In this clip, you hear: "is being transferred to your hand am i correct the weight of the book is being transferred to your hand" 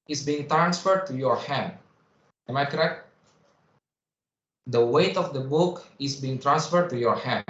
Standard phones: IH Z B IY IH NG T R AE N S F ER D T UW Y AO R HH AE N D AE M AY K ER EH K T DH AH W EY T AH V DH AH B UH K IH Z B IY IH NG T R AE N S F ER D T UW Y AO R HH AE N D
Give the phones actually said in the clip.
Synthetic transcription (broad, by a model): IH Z B IY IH NG T R AE N S F ER D T UW Y AO R HH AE N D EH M AY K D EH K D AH W EY T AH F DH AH B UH K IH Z B IY IH NG T R AE N S F ER D T UW Y AO R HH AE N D